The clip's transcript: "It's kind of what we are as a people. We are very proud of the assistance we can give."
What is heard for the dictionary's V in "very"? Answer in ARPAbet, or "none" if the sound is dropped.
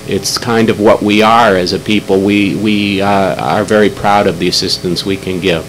V